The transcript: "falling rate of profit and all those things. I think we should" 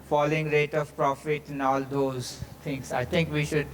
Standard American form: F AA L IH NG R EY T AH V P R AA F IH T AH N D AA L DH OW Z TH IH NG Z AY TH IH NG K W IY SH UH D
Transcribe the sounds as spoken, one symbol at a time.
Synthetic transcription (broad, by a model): F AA L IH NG R EY T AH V P R AA F IH T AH N AA L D OW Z T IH NG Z AY T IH NG K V IY SH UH D